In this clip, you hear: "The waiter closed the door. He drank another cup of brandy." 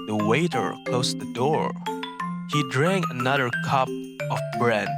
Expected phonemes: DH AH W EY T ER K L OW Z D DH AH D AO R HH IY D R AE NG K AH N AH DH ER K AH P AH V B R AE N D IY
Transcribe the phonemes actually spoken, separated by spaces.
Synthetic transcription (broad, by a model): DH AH W EY T ER K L OW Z DH AH D AO R HH IY D R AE NG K AH N AH DH ER K AH P AH V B R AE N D